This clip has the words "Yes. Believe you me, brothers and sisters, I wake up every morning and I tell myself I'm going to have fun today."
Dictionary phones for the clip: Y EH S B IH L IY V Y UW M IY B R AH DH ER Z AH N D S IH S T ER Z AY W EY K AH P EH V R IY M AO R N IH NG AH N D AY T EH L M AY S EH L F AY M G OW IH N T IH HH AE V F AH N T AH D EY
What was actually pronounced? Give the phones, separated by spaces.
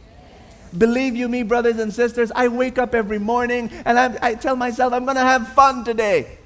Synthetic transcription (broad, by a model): B IH L IY V Y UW M IY B R AH DH ER Z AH N S IH S T ER Z AY W EY K AH P EH V R IY M AO R N IH NG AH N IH AY T EH L M AY S EH L F AY M G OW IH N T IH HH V F AH N T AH D EY